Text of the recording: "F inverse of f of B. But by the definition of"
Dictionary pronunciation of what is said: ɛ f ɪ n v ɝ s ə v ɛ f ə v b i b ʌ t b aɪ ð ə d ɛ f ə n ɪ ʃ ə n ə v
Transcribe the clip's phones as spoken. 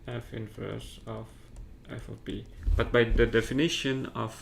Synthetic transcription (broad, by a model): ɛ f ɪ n f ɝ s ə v ɛ f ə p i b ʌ t b aɪ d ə d ɛ f ə n ɪ ʃ ə n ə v